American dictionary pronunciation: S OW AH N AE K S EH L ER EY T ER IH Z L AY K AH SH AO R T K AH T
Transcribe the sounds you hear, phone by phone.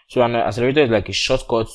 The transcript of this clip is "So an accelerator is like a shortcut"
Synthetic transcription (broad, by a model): S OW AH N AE S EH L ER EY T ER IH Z L AY K AH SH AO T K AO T